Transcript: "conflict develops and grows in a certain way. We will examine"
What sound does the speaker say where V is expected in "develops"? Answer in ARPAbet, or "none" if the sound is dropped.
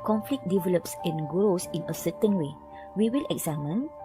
V